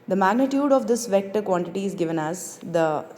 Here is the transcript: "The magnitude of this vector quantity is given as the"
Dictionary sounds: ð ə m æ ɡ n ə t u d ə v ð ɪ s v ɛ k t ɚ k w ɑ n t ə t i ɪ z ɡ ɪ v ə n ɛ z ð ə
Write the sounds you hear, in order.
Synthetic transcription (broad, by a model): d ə m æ ɡ n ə t u d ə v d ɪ s v ɛ k t ɚ k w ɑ n t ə t i ɪ z ɡ ɪ v ə n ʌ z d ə